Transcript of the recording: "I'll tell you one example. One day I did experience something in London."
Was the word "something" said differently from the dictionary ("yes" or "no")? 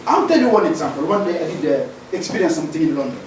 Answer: yes